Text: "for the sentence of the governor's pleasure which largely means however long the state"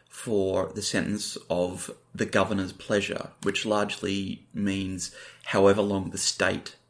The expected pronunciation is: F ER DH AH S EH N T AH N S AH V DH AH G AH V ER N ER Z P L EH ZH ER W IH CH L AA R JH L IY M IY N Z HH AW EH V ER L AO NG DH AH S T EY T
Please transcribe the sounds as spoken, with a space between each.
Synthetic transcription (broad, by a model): F ER DH AH S EH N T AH N S AH V DH AH G AH V ER N ER Z P L EH ZH ER W IH CH L AA R JH L IY M IY N Z HH AW EH V ER L AO NG DH AH S T EY T